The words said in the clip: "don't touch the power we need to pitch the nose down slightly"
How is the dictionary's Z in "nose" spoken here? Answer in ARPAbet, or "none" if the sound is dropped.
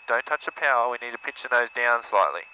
Z